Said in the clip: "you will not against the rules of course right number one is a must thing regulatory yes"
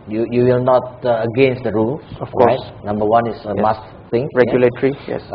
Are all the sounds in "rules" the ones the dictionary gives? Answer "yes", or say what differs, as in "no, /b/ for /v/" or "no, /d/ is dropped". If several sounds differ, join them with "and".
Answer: no, /z/ is dropped